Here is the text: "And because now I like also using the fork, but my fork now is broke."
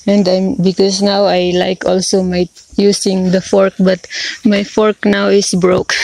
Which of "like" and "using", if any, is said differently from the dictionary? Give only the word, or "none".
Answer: using